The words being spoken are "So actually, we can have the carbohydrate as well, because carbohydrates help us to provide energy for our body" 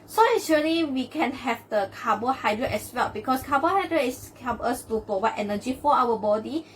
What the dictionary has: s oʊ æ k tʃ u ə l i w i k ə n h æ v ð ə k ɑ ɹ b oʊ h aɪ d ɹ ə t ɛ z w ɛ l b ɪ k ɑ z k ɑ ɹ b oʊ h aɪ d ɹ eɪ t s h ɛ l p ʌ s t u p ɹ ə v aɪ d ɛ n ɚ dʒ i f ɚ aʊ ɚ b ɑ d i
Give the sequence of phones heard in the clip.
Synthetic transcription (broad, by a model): s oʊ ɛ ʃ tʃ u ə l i w i k ə n h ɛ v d ə k ɑ b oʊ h aɪ d ɹ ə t ɛ s w ɛ l b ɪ k ɑ s k ɑ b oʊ h aɪ d ɹ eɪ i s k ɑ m ʌ s t u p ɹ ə w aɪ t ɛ n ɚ dʒ i f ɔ aʊ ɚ b ɑ d i